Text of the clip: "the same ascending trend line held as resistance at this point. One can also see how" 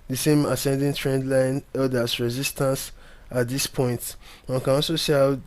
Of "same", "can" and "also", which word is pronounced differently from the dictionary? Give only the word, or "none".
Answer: also